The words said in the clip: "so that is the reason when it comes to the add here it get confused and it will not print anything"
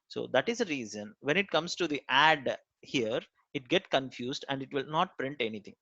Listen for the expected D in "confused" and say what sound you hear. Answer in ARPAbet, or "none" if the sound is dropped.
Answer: D